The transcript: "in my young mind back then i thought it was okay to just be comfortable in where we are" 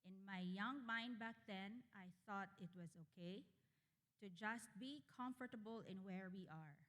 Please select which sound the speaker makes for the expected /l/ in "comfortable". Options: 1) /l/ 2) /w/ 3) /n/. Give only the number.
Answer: 1